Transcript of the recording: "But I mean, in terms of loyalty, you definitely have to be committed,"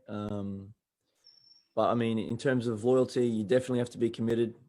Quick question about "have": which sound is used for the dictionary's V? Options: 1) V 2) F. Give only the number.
2